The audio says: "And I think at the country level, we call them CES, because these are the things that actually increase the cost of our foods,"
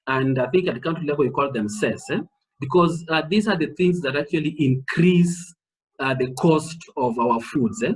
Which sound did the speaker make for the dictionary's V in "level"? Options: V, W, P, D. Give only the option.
W